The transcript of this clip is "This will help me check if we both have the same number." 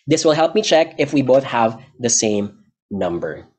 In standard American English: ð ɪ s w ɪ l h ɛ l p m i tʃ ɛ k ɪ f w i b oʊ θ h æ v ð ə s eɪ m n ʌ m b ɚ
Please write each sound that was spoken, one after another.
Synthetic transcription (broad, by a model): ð ɪ s w ɪ l h ɛ l p m i tʃ ɛ k ɪ f w i b oʊ θ h æ v ð ə s eɪ m n ʌ m b ɚ